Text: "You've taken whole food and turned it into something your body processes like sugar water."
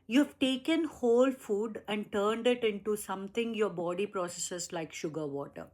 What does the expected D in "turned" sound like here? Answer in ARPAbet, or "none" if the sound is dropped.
D